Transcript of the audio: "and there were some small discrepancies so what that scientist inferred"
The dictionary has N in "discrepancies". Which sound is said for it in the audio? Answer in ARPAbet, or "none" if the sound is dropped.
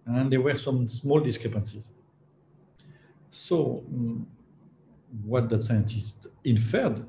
N